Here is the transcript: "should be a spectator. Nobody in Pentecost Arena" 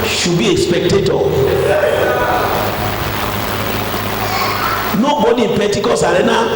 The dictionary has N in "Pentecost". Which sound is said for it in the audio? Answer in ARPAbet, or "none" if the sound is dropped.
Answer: none